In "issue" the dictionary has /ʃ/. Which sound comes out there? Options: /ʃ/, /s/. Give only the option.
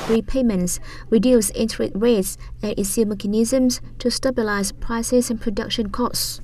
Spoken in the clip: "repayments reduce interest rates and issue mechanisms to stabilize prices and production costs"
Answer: /s/